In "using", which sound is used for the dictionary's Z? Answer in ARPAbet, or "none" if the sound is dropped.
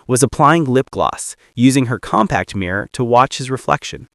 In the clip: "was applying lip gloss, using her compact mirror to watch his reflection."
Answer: Z